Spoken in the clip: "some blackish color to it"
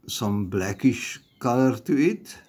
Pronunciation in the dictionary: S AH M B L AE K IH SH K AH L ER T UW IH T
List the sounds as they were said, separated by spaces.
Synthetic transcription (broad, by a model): S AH M B L AE K IH SH K AH L ER T UW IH T